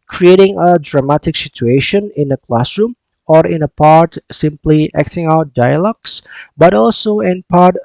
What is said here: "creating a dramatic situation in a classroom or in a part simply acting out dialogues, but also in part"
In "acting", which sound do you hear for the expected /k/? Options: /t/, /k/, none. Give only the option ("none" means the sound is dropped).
/k/